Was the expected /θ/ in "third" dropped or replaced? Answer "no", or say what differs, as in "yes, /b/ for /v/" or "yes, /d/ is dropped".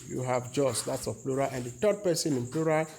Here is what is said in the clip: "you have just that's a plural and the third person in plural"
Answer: yes, /t/ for /θ/